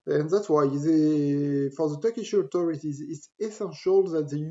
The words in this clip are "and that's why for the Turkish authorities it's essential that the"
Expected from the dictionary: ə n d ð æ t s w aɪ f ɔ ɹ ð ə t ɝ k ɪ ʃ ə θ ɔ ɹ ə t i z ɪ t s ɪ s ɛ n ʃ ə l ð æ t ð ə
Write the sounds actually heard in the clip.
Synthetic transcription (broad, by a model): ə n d ð æ t s w aɪ f ɔ ɹ ð ə t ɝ k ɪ ʃ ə t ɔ ɹ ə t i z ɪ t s ɪ s ɛ n ʃ ə l ð æ t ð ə